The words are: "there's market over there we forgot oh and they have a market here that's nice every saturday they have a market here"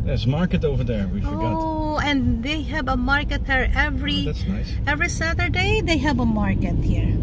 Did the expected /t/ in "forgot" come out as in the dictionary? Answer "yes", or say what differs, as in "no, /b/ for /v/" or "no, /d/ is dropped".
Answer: no, /t/ is dropped